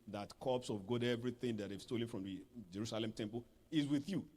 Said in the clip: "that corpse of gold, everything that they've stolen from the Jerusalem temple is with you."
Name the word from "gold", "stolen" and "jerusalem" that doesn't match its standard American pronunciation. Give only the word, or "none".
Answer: gold